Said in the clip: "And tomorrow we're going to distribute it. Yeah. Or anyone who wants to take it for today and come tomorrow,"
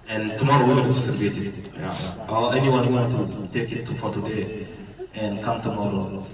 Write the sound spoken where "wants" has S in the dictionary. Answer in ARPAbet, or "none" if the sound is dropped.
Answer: none